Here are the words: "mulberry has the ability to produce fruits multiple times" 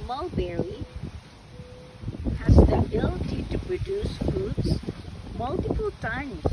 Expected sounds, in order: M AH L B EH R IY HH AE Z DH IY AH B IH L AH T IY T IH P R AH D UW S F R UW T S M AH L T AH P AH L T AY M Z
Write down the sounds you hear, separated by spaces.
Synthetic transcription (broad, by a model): M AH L B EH R IY HH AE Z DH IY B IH L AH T IY T IH P R AH D UW S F UW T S M AH L T AH P AH L T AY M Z